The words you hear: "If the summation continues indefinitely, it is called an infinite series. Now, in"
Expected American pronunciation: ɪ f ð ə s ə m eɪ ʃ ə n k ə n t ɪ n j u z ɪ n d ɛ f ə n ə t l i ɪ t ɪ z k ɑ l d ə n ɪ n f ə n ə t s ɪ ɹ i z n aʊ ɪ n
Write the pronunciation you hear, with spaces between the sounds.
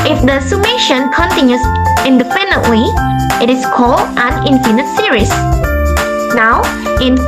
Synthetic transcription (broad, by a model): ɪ f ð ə s ə m eɪ ʃ ə n k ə n t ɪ n j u s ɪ n d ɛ p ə n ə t w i ɪ t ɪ s k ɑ l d ə n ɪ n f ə n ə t s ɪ ɹ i s n aʊ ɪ n